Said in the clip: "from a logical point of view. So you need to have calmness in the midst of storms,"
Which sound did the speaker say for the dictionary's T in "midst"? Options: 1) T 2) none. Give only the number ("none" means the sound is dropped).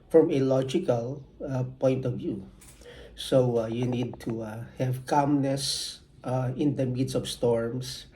2